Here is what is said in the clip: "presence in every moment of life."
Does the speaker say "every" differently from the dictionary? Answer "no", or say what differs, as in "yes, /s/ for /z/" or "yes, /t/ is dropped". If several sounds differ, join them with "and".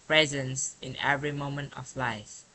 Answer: no